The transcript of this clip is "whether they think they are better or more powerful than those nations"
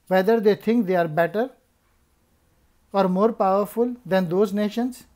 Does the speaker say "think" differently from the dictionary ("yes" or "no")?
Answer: yes